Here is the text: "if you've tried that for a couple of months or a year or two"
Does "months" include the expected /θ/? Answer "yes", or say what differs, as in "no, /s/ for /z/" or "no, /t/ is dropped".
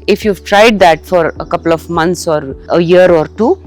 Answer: no, /t/ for /θ/